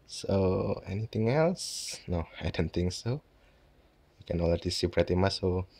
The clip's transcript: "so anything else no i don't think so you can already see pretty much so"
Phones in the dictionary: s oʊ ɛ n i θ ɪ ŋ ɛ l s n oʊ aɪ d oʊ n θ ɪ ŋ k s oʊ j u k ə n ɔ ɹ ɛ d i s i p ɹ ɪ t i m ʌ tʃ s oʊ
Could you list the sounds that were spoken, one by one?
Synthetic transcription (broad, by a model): s oʊ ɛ n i t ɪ ŋ ɛ l s n oʊ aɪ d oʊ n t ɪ ŋ s oʊ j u k ə n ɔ l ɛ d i s i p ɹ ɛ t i m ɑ s oʊ